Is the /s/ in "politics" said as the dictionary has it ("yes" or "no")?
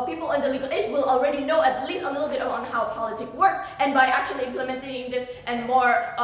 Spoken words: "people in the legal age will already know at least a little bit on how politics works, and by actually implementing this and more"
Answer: no